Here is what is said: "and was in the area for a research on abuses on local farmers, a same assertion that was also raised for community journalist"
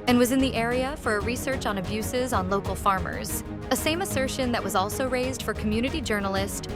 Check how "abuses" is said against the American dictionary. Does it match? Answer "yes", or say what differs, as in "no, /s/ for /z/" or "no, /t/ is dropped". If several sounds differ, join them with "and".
yes